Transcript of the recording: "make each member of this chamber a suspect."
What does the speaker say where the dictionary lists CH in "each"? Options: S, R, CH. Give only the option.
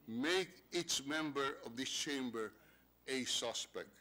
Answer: S